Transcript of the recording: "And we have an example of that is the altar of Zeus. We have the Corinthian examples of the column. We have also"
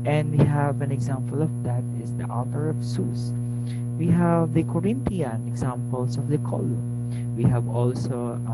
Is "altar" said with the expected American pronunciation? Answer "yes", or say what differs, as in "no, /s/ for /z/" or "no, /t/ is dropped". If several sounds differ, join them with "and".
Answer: no, /l/ is dropped